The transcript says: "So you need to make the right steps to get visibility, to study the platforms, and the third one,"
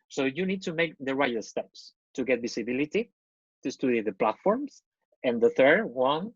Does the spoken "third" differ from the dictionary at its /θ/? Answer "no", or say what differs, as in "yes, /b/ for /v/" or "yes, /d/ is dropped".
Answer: no